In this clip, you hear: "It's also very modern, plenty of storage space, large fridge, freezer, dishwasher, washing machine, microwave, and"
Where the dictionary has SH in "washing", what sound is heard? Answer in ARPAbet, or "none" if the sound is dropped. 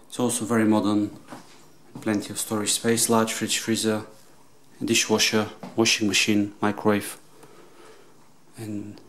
SH